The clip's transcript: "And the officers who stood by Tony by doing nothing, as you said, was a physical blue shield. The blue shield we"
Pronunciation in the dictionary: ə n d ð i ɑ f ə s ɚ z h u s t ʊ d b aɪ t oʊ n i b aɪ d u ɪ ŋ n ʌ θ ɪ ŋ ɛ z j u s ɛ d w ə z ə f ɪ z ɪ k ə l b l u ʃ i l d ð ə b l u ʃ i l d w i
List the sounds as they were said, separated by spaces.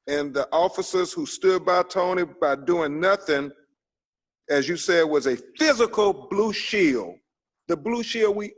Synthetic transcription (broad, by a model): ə n ð i ɑ f ə s ɚ z h u s t ʊ d b aɪ t oʊ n i b aɪ d u ɪ ŋ n ʌ θ ɪ ŋ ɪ z j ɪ s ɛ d w ə z ə f ɪ z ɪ k l b l u ʃ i l ð ə b l u ʃ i l w i